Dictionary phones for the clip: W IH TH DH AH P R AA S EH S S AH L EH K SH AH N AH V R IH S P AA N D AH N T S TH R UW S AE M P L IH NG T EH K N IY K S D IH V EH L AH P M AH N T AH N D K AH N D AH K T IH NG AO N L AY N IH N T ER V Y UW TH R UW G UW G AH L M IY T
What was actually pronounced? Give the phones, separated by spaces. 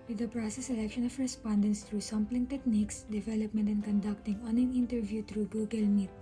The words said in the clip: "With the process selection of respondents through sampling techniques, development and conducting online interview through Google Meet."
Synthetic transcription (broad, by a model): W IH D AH P R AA S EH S S AH L EH K SH AH N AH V R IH S P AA N D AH N S T R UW S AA M P L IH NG T EH K N IY K S D IH V EH L AH P M AH N T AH N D K AH N D AH K T IH NG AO N EH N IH N T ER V Y UW T R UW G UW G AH L M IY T